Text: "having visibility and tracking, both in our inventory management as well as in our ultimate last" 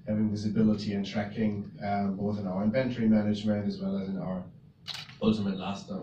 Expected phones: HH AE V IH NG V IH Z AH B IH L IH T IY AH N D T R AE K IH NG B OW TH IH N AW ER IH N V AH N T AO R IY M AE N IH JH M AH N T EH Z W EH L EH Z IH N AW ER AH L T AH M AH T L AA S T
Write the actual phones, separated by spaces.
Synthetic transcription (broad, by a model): HH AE V IH NG V IH Z AH B IH L IH T IY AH N T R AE K IH NG B OW TH IH N AW ER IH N V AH N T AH R IY M AE N IH JH M AH N T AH Z W EH L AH Z IH N AW ER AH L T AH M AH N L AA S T